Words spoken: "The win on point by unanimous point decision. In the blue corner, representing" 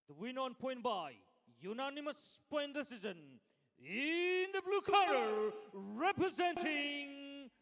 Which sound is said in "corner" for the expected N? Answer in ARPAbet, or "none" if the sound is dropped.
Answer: none